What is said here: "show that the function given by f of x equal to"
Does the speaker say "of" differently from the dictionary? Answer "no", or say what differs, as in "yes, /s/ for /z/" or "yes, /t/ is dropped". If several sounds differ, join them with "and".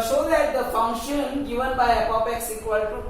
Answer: yes, /p/ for /v/